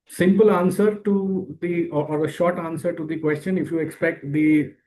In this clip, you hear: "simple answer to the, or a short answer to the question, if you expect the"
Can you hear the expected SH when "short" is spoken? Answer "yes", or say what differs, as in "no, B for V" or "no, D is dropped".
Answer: yes